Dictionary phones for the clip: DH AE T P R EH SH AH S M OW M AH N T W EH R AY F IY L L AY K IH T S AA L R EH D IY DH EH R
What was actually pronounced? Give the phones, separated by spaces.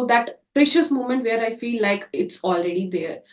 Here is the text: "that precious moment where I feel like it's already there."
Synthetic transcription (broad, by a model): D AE T P R EH SH AH S M OW M AH N T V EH R AY F IY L L AY K IH T S AA L R EH D IY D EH R